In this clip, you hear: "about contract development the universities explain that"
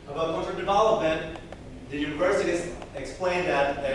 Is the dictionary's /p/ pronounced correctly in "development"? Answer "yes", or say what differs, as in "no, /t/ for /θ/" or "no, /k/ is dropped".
no, /p/ is dropped